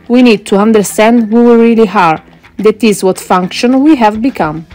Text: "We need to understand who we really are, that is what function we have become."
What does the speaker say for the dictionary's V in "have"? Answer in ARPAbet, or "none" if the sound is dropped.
V